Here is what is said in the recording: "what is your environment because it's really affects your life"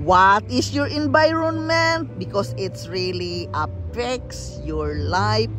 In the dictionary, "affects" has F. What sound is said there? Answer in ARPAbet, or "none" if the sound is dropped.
P